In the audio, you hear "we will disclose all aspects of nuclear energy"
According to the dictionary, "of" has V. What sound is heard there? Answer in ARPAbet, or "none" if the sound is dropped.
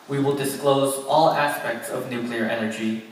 V